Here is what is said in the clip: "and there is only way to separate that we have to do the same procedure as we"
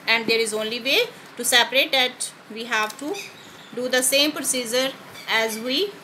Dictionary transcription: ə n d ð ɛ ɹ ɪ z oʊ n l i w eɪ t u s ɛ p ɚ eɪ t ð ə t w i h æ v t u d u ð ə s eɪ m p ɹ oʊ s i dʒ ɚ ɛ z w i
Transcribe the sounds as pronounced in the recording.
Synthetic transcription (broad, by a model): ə n d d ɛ ɹ ɪ z oʊ n l i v eɪ t u s ɛ p ɚ eɪ t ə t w i h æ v t u d u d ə s eɪ m p ɹ oʊ s i dʒ ɚ ɛ z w i